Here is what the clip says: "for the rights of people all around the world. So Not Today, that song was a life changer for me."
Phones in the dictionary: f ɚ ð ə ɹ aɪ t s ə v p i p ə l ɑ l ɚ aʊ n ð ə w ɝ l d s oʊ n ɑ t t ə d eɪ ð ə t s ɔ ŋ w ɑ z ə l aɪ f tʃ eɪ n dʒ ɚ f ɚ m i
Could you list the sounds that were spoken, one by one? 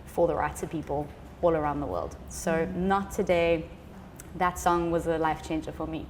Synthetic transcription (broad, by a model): f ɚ ð ə ɹ aɪ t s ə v p i p ə l ɑ l ɚ aʊ n ð ə w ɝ l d s oʊ n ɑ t t ə d eɪ ð ə t s ɔ ŋ w ɑ z ə l aɪ f tʃ eɪ n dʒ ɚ f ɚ m i